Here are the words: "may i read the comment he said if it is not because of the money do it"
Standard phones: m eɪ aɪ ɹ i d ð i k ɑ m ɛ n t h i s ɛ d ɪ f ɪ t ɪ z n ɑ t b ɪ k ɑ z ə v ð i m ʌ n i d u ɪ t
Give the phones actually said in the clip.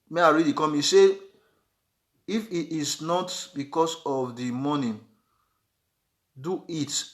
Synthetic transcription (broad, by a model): m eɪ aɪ ɹ i d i k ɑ m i s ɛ ɪ f ɪ t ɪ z n ɑ t b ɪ k ɑ s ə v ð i m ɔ n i d u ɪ t